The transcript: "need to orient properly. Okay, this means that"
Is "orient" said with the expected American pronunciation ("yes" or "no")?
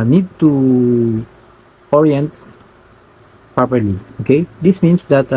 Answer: yes